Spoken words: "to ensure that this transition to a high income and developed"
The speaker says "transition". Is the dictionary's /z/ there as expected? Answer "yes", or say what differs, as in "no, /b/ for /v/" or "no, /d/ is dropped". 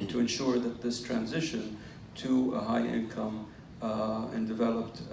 yes